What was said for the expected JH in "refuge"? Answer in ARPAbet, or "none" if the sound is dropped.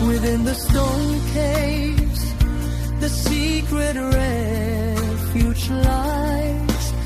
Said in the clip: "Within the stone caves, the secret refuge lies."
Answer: CH